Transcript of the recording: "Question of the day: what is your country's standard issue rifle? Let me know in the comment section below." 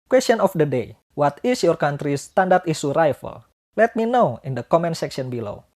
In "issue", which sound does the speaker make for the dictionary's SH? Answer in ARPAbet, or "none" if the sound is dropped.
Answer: S